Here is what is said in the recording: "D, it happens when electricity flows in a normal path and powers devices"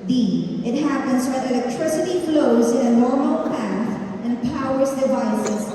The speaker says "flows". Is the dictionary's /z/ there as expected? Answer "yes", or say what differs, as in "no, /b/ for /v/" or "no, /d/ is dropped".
yes